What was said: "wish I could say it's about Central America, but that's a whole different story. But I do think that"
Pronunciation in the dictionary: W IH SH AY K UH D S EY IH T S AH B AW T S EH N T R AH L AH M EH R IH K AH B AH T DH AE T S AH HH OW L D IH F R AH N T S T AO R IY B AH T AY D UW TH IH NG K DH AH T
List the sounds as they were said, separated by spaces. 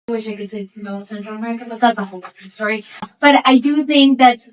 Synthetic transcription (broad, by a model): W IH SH AY K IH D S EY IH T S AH IH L S EH N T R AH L AH M EH R IH K AH B AH T DH AE T S AH HH OW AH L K S T AO R IY B AH T AY D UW TH IH NG K DH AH T